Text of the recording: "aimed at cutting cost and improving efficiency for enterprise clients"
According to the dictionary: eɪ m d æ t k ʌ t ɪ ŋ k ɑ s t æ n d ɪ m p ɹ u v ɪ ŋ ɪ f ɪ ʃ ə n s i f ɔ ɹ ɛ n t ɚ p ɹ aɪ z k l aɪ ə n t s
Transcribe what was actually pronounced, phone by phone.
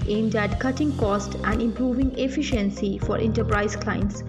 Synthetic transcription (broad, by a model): eɪ m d æ t k ʌ t ɪ ŋ k ɑ s t æ n d ɪ m p ɹ u v ɪ ŋ ɪ f ɪ ʃ ə n s i f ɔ ɹ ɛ n t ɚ p ɹ aɪ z k l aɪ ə n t s